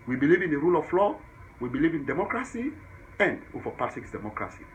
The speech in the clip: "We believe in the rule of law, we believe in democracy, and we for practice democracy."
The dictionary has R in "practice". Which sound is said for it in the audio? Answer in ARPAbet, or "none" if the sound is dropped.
none